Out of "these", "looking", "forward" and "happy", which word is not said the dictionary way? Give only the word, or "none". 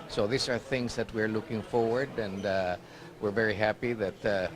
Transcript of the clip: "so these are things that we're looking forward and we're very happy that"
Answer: these